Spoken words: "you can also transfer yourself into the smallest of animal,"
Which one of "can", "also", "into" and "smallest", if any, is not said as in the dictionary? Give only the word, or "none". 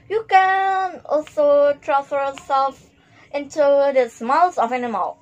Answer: smallest